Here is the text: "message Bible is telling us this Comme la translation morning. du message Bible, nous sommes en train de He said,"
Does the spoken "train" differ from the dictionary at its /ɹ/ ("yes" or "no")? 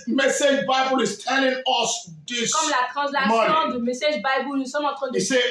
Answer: yes